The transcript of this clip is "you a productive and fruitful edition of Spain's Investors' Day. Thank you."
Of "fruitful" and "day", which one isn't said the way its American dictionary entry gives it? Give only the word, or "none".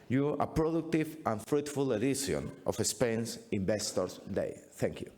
none